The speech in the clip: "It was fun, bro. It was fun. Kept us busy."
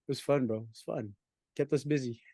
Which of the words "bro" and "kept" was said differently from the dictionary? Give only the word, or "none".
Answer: bro